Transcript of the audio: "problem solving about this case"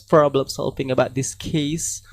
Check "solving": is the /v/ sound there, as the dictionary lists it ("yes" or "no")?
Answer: no